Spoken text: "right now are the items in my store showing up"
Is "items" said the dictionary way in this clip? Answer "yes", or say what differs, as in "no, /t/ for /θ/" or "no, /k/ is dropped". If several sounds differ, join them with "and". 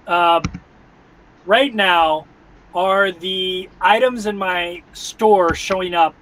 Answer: yes